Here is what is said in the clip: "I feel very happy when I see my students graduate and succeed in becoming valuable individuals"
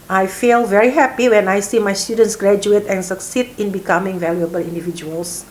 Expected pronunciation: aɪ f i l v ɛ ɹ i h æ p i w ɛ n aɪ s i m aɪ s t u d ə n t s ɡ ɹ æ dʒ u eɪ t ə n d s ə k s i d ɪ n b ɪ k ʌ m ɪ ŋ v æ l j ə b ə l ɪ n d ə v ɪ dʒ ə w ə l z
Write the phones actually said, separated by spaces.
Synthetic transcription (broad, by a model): aɪ f i l v ɛ ɹ i h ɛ p i w ɛ n aɪ s i m aɪ s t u d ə n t s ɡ ɹ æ dʒ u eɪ t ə n s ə k s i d ɪ n b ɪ k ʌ m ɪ ŋ v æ l j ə b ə l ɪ n d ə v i dʒ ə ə l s